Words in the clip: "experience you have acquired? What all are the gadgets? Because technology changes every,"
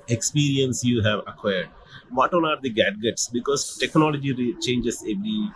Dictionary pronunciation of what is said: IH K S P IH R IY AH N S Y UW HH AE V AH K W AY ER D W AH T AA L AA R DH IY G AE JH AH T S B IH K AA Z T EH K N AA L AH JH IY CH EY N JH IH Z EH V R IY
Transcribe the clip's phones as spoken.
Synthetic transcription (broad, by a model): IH K S P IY R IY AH N S Y UW HH AE V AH K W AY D D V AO T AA N AA R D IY G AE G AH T S B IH K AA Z T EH K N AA L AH JH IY CH EY N JH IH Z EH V R IY